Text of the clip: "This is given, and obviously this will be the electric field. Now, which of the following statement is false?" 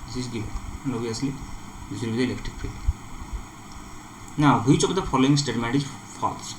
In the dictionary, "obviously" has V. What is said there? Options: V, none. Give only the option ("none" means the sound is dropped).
none